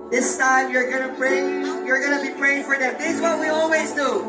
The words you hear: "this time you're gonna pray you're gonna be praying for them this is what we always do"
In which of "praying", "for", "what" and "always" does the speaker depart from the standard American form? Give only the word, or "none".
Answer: none